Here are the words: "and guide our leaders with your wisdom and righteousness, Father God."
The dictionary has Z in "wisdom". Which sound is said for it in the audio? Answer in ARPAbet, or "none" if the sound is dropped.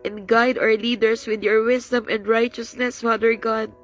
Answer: S